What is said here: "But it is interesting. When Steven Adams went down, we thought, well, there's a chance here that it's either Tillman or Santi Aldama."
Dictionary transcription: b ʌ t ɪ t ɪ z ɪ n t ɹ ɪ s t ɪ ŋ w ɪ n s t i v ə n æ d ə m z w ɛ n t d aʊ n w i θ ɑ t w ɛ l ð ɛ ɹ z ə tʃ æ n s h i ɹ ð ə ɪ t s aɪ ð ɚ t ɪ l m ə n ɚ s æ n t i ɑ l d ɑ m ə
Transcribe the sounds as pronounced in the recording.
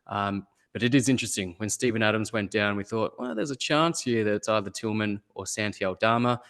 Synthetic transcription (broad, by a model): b ʌ t ɪ t ɪ z ɪ n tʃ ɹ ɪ s t ɪ ŋ w ɪ n s t i v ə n æ d ə m z w ɛ n d aʊ n w i θ ɑ t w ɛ ð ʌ ɹ z ə tʃ æ n s h i ɹ ð ə ɪ t s aɪ ð ɚ t ɪ l m ə n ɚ s æ n t i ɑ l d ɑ m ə